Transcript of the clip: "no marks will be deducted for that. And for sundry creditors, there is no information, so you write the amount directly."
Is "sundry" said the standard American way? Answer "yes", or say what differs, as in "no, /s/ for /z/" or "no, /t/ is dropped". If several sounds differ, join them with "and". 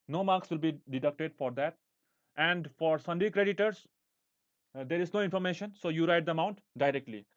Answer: no, /ɹ/ is dropped